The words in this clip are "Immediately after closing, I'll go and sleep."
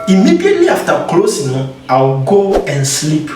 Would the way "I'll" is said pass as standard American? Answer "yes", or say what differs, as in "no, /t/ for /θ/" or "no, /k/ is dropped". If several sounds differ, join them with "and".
no, /w/ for /l/